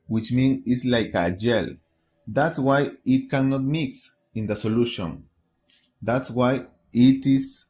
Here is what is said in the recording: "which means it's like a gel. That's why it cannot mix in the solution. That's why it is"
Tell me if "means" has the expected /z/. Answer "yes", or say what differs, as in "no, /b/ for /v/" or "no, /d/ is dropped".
no, /z/ is dropped